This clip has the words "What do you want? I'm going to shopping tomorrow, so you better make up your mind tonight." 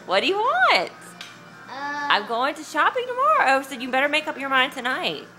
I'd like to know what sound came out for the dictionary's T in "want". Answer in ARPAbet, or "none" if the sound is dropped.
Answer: T